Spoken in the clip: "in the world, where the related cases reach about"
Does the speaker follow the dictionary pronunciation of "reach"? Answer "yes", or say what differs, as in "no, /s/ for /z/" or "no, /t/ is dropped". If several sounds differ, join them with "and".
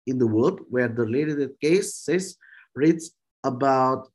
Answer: no, /s/ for /tʃ/